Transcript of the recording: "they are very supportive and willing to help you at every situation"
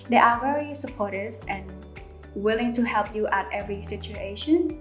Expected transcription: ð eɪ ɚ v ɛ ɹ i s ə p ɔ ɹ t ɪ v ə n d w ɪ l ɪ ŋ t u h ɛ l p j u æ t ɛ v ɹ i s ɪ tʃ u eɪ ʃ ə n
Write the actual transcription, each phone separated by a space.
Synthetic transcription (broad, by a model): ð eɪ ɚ v ɛ ɹ i s ə p ɔ ɹ t ɪ v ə n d w ɪ l ɪ ŋ t u h ɛ l p j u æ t ɛ v ɹ i s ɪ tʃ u eɪ ʃ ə n